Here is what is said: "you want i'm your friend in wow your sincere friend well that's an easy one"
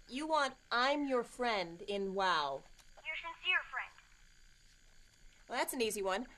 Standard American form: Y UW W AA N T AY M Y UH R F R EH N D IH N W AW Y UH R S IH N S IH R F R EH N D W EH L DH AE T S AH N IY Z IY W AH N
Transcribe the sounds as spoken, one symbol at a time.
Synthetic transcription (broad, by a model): Y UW W AA N T AY M Y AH R F R EH N D IH N W AW Y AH R S IH N S IH R F R EH N D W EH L DH AE T S N IY Z IY W AH N